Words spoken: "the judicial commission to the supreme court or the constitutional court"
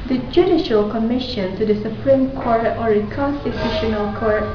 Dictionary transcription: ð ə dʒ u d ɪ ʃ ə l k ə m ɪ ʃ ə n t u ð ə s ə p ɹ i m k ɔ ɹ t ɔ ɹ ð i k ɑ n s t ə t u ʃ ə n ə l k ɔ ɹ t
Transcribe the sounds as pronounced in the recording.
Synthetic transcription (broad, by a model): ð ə dʒ u d ɪ ʃ ə l k ə m ɪ ʃ ə n t u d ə s ə p ɹ i m k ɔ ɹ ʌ ɔ ɹ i k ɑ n s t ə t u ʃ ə n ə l k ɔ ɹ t